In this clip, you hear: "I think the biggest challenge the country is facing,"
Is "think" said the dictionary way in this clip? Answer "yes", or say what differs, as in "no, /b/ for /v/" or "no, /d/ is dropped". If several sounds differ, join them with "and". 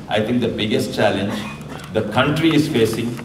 no, /t/ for /θ/